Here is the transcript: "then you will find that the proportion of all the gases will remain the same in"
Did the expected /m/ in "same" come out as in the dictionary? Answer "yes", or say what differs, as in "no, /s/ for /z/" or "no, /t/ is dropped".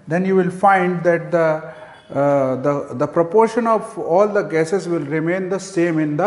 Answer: yes